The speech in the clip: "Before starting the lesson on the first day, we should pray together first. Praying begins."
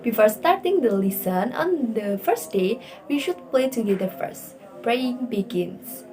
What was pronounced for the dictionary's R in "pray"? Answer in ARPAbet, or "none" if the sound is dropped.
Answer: L